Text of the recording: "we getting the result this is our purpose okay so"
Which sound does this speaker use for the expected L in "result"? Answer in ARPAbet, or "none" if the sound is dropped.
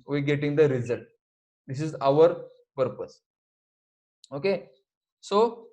L